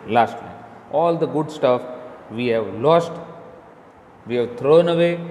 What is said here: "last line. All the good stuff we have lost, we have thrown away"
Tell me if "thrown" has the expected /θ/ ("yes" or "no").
no